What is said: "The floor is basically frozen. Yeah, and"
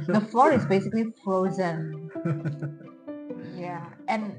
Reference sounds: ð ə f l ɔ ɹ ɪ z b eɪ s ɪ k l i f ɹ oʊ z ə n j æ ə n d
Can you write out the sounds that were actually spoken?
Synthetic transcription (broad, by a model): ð ə f l ɔ ɹ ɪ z b eɪ s ɪ k l i f ɹ oʊ z ə n j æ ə n